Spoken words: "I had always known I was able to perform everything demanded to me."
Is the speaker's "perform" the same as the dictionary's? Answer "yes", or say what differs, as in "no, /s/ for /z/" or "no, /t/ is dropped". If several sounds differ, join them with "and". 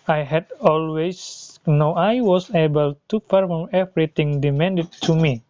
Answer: no, /f/ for /p/